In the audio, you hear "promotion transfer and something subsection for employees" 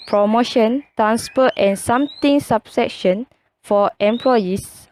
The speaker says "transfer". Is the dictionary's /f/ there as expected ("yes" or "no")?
no